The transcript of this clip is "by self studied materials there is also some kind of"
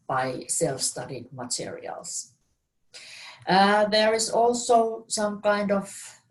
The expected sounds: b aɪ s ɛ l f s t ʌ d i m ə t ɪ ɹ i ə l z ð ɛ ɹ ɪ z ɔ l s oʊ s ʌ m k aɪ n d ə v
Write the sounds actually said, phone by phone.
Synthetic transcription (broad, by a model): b aɪ s ɛ l f s t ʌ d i m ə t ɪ ɹ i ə l s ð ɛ ɹ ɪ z ɔ l s oʊ s ʌ m k aɪ n d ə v